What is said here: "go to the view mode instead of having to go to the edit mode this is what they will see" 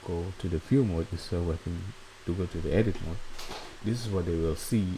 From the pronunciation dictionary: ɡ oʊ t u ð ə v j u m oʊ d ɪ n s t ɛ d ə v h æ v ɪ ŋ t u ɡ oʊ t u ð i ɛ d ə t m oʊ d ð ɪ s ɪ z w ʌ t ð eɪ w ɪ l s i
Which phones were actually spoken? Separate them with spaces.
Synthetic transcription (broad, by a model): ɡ oʊ t u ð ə f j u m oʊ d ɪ s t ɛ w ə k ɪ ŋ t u ɡ oʊ t u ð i ɛ d ə t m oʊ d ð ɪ s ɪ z w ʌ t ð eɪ w ɪ l s i